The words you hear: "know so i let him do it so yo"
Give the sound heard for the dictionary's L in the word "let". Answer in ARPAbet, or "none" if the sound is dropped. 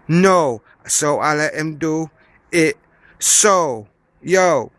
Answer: L